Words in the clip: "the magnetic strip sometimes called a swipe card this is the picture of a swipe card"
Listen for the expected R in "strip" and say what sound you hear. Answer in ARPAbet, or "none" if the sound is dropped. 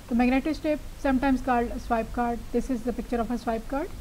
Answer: none